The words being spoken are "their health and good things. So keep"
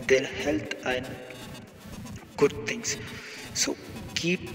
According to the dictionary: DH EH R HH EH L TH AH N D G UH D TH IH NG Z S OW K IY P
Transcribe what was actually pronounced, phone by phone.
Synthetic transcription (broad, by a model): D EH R HH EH L T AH N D G UH D T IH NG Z S OW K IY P